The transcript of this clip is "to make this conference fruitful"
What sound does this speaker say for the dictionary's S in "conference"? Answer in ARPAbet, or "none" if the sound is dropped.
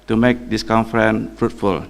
none